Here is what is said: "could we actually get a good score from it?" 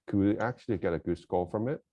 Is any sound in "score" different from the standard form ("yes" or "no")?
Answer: yes